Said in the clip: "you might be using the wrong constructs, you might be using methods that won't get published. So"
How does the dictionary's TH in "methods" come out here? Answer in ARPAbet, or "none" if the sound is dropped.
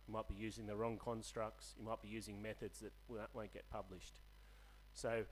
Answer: TH